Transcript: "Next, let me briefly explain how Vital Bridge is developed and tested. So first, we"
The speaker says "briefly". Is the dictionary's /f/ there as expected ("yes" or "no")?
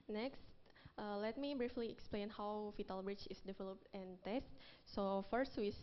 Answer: yes